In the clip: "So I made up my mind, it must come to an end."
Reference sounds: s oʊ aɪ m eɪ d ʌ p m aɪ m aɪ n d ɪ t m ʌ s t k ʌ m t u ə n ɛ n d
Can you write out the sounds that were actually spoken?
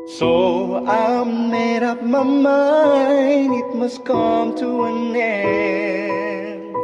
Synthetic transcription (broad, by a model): s oʊ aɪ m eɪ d ʌ p m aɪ m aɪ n ɪ t m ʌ s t k ʌ m t u ə n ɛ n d